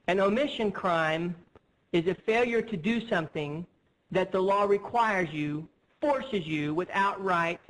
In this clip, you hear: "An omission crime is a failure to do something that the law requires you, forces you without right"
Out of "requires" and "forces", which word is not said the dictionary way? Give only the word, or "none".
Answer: none